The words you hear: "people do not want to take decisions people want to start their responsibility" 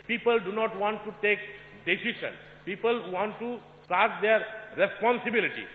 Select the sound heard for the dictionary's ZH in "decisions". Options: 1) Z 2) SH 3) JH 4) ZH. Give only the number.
2